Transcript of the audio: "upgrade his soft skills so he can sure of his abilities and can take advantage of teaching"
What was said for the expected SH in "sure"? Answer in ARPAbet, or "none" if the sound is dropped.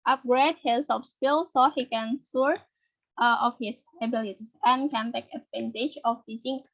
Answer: S